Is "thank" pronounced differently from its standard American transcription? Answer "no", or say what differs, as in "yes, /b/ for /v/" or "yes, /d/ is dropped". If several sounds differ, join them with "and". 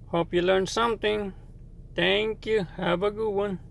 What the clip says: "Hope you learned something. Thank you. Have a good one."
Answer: yes, /t/ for /θ/